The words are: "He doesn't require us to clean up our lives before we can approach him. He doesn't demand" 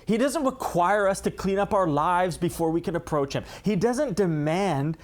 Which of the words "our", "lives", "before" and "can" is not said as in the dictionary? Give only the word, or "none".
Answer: none